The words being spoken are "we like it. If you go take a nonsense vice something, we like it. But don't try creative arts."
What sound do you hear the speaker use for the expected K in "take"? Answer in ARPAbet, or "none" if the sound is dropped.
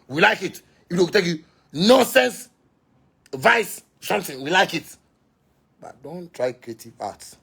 none